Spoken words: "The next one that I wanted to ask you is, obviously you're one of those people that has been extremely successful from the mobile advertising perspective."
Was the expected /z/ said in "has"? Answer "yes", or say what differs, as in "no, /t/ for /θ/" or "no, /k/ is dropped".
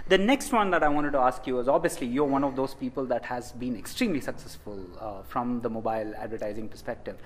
yes